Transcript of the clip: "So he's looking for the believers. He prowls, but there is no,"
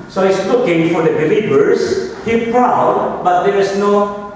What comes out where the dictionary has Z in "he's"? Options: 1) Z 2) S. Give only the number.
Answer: 2